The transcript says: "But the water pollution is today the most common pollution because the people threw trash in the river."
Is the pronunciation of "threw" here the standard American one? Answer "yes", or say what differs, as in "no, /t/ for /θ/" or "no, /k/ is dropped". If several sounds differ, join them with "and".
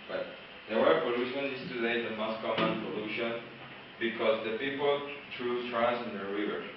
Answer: no, /t/ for /θ/